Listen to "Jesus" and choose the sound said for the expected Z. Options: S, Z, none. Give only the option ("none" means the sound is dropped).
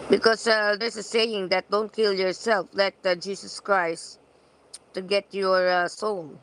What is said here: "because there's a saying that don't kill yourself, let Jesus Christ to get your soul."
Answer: S